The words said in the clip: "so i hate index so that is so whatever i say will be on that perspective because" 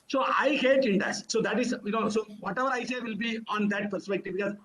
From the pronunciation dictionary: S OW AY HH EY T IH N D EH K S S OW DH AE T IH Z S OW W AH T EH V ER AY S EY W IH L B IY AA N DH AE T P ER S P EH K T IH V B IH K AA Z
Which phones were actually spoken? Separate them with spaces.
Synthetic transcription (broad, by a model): S OW AY HH EY T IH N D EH S S OW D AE T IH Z S OW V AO T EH V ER AY S EY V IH L B IY AA N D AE T P ER S P EH K T IH V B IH K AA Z